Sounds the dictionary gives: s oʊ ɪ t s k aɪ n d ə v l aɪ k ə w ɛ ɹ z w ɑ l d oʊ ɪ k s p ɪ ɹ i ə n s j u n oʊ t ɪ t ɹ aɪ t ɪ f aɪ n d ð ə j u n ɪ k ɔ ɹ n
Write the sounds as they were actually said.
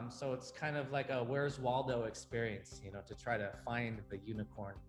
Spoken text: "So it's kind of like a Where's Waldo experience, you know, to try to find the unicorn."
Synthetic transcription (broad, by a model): s oʊ ɪ t s k aɪ n d ə v l aɪ k ə w ɛ ɹ z w ɑ l d oʊ ɪ k s p ɪ ɹ i ə n s j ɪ n oʊ t ɪ t ɹ aɪ t ɪ f aɪ n ð ə j u n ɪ k ɔ ɹ n